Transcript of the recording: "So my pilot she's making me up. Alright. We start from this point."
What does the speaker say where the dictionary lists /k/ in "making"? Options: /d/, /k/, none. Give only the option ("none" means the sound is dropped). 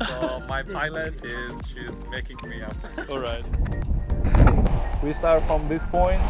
/k/